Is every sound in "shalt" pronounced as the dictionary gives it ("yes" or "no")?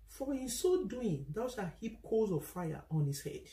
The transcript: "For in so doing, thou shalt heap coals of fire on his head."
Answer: no